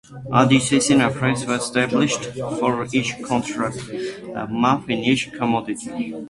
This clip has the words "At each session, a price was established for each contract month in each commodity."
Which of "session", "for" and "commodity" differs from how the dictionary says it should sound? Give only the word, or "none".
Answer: session